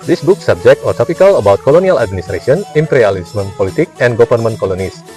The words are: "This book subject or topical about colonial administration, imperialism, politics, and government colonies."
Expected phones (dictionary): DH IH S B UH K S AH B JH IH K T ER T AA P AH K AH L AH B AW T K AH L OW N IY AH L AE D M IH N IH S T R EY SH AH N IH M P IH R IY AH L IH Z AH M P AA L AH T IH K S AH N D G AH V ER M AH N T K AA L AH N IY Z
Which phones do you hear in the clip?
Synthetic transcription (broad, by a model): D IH S B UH K S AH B JH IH K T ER T AA P AH K AH L AH B AW T K AH L OW N IY AH L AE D M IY N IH S T R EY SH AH N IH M P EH R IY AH L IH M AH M P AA L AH T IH K AH N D G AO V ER M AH N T K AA L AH N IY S